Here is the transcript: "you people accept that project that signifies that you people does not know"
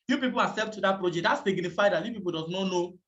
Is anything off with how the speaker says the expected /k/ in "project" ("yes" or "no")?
yes